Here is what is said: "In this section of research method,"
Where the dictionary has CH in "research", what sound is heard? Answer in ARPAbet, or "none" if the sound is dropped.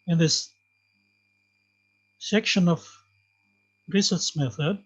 S